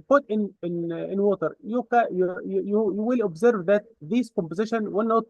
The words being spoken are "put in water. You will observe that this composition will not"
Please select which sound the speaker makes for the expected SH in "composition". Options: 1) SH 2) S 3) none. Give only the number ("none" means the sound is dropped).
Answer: 1